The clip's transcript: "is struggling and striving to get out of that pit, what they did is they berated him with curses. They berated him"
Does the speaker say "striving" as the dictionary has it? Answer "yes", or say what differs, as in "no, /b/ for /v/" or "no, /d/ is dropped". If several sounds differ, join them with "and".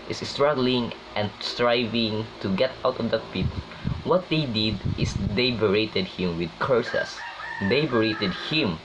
yes